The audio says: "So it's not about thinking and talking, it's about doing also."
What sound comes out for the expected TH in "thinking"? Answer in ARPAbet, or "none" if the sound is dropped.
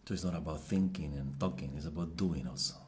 TH